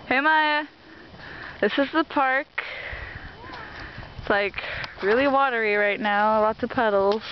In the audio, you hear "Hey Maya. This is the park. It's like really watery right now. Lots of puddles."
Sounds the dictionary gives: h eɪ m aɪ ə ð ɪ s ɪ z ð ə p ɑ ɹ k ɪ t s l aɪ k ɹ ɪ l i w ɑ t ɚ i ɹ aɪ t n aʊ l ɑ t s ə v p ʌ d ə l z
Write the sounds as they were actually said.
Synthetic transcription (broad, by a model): h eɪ m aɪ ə ð ɪ s ɪ z ð ə p ɑ ɹ k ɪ t s l aɪ k ɹ ɪ l i w ɑ t ɚ i ɹ aɪ t n aʊ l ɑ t ə p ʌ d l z